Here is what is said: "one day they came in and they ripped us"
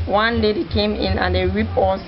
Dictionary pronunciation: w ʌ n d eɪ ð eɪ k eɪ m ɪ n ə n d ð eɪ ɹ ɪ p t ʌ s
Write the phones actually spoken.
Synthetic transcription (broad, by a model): w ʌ n d eɪ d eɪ k eɪ m ɪ n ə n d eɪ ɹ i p ɔ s